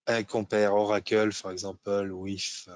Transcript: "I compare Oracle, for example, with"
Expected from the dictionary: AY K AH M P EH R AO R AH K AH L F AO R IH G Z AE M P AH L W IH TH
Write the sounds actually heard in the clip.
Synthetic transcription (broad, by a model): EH K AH P EH R AO R AH K AH L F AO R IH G Z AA P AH L W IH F